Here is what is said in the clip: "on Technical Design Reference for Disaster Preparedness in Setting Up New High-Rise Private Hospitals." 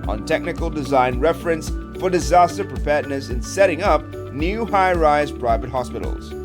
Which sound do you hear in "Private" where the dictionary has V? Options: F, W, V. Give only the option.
V